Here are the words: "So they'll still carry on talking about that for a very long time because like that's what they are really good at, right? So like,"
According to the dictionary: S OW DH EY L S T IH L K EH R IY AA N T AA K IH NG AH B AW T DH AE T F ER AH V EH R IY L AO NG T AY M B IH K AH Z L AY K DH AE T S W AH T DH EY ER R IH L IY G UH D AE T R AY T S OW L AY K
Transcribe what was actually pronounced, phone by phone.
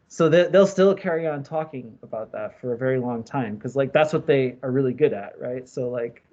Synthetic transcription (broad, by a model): S OW DH EY L S T IH L K EH R IY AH N T AA K IH NG AH B AW T DH AE T F ER AH V EH R IY L AO NG T AY M K AH Z L AY K DH AE T S W AH T DH EY ER R IH L IY G UH D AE T R AY T S OW L AY K